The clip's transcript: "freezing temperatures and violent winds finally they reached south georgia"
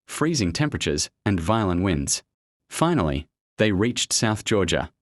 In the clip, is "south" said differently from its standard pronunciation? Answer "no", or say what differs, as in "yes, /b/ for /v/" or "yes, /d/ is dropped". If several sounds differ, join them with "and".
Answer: no